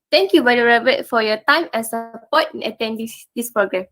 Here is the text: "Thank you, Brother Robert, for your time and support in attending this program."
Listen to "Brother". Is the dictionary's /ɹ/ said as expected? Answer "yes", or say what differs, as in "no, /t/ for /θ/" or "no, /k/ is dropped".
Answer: no, /ɹ/ is dropped